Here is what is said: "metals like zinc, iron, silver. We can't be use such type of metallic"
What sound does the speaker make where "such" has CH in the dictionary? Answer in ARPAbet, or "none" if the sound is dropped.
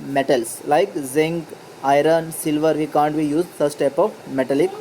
S